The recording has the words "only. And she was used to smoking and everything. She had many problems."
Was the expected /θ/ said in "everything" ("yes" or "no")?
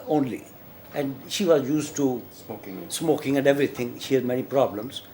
no